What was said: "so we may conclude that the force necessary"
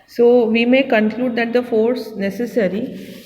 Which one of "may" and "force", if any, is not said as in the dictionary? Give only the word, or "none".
none